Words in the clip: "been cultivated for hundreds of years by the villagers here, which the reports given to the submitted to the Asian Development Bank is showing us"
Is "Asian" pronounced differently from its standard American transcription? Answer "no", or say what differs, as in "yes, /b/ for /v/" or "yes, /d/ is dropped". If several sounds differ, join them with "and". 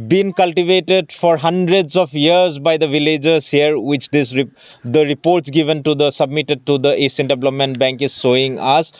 yes, /s/ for /ʒ/